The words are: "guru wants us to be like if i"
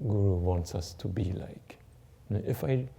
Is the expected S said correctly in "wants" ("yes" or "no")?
yes